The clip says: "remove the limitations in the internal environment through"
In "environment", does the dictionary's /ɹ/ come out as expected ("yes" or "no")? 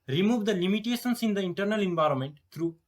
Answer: yes